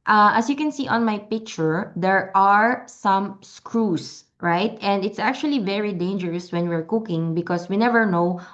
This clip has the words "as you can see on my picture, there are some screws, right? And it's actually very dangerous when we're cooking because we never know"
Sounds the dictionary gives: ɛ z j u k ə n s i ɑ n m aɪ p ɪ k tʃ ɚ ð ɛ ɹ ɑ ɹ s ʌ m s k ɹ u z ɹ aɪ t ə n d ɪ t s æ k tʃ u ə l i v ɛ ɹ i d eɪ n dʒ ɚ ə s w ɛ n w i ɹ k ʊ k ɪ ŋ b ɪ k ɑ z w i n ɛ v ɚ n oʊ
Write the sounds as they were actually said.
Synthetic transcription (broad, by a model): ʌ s j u k ə n s i ɑ n m aɪ p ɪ k tʃ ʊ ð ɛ ɹ ɑ ɹ s ʌ m s k ɹ u s ɹ aɪ t ə n d ɪ t s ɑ k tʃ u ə l i v ɛ ɹ i d eɪ n dʒ ɚ ə s w ɛ n w i ɹ k ʊ k ɪ ŋ b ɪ k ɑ s w i n ɛ v ɚ n oʊ